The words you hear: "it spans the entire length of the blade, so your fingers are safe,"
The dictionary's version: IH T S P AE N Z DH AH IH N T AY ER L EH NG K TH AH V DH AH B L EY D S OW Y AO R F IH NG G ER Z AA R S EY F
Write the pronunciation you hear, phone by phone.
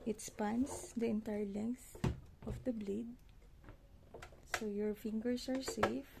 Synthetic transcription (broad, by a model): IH T S P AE N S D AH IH N T AY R L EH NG K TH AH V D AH B L EY D S OW Y AO R F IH NG G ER S AA R S EY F